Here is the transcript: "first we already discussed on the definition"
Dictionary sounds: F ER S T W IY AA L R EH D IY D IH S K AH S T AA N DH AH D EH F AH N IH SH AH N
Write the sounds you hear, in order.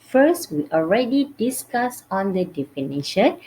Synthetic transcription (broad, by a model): F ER S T W IY AA L R EH D IY D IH S K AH S AA N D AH D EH F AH N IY SH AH N